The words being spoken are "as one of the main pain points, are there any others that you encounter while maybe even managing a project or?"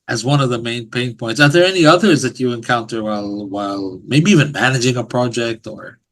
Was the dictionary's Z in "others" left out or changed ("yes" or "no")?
no